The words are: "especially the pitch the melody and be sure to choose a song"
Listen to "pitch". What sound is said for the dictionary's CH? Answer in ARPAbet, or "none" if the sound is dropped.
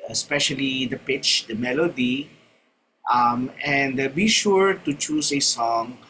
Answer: CH